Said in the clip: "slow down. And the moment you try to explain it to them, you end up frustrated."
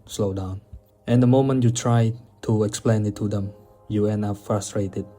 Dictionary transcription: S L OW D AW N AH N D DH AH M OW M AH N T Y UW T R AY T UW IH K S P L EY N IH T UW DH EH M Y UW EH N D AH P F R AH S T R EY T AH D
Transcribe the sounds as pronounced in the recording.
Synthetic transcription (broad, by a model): S L OW D AW N AH N D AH M OW M AH N T Y UW T R AY T UW IH K S P L EY N IH T UW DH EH M Y UW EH N AH F R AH S T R EY T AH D